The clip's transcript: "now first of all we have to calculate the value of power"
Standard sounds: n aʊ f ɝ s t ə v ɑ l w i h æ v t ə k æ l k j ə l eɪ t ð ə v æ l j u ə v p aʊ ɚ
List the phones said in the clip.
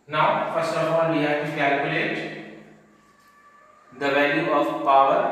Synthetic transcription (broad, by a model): n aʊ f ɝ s ə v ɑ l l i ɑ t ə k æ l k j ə l eɪ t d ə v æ l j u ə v p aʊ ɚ